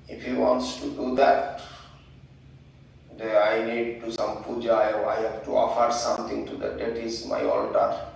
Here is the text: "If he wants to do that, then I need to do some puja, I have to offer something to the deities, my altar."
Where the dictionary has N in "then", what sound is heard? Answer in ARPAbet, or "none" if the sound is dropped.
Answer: none